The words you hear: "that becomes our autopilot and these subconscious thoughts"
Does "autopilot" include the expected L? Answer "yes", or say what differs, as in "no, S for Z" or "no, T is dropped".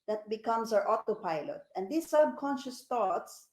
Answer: yes